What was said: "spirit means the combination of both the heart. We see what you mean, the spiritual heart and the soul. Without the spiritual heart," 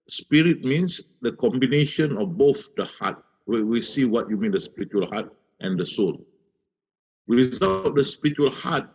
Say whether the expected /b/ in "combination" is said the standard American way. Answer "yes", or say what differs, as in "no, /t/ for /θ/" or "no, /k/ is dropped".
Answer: yes